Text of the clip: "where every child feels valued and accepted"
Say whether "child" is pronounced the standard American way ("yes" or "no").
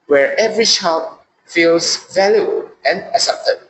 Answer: no